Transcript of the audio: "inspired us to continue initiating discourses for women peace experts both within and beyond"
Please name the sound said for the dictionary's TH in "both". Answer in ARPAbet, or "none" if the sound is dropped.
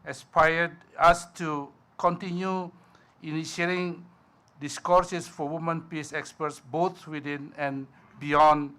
T